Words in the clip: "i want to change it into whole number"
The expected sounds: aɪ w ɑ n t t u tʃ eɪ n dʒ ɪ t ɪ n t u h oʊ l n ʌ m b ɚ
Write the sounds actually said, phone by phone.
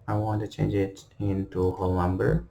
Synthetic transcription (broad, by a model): aɪ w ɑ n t t u tʃ eɪ n dʒ ɪ t ɪ n t u h oʊ l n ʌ m b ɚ